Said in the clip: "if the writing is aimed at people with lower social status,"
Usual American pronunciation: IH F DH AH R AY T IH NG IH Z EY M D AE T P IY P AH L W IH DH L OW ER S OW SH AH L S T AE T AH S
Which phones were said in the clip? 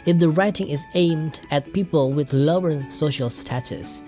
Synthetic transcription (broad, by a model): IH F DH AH R AY T IH NG IH Z EY M D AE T P IY P AH L W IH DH L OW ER S OW SH AH L S T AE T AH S